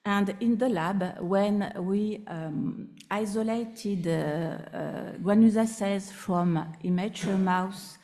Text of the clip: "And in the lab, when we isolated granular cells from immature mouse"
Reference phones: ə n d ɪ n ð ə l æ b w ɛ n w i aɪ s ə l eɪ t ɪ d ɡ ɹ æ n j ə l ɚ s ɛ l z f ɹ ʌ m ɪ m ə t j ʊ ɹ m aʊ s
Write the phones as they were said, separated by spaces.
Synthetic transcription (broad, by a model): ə n d ɪ n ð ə l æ b w ɛ n w i aɪ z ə l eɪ t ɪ d ɡ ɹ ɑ n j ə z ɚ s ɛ z f ɹ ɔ m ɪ m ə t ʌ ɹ m aʊ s